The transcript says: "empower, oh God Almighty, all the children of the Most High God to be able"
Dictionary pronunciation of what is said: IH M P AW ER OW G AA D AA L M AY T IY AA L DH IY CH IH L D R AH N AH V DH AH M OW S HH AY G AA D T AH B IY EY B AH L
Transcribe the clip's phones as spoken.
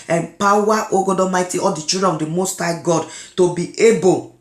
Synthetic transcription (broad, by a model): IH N P AW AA OW G AA D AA M AY T IY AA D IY CH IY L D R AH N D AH M OW S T AY G AA D T AH B IY EY B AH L